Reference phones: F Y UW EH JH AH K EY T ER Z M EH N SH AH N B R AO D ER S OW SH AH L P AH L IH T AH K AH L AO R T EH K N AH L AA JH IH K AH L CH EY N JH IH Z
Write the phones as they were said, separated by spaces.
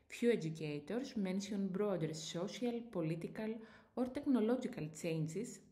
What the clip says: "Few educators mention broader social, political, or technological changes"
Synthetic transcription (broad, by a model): F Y UW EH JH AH K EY T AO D M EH N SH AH N B R AO D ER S OW S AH L P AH L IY T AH K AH L AO R T EH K N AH L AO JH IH K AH L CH EY N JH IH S